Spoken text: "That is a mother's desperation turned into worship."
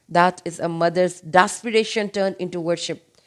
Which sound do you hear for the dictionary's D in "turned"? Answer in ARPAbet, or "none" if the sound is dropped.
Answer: none